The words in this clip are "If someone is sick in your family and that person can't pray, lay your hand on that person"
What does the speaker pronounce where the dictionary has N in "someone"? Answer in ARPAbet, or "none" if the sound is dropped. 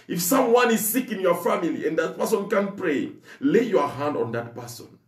N